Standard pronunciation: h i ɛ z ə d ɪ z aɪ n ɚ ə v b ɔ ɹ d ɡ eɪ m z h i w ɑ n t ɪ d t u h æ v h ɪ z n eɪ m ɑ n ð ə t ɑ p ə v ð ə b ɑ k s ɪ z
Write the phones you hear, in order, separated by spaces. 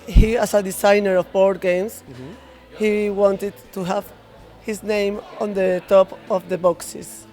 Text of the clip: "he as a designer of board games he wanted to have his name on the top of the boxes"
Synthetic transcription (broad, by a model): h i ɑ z ə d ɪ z aɪ n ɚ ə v b ɔ ɹ d ɡ eɪ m s h i w ɑ n t ɪ d t u h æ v h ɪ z n eɪ m ɑ n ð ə t ɑ p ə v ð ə b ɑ k s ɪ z